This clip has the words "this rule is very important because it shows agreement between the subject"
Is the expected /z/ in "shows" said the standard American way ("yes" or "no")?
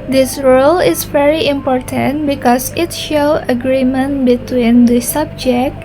no